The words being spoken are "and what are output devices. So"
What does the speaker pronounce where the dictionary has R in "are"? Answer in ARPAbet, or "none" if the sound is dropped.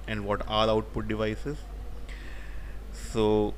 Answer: L